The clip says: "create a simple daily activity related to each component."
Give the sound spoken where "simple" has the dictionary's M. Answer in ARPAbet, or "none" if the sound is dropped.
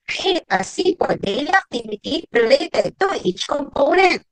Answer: none